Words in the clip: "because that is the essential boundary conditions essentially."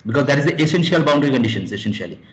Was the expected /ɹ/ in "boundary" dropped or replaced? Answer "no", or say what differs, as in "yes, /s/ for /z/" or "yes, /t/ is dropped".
no